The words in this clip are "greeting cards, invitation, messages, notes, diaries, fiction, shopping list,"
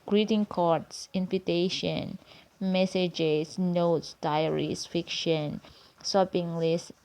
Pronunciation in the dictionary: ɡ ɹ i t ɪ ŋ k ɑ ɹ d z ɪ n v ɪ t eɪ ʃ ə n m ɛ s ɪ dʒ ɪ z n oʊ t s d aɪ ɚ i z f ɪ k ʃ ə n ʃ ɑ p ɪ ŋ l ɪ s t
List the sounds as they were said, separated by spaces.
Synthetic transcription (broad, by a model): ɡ ɹ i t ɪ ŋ k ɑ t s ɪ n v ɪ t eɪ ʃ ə n m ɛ s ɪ dʒ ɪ s n oʊ t s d aɪ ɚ i s f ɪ k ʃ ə n s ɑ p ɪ ŋ l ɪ s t